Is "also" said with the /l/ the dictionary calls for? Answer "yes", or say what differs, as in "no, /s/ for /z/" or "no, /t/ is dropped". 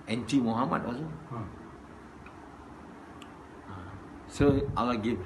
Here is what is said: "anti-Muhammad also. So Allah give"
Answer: no, /l/ is dropped